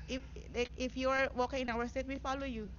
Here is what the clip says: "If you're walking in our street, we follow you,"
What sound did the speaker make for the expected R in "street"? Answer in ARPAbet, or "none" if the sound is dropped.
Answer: none